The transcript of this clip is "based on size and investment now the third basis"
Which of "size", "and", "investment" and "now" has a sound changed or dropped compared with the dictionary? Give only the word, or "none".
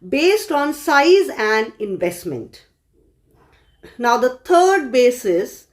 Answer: none